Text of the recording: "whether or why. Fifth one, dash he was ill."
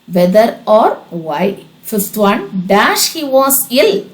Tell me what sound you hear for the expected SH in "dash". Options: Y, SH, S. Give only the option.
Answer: SH